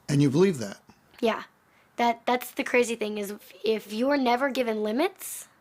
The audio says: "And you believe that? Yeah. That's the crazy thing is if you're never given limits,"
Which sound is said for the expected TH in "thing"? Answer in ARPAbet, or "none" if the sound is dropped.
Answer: TH